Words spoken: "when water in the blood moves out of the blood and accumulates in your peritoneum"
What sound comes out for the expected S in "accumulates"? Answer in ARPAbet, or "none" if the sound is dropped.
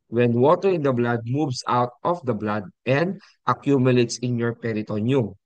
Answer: S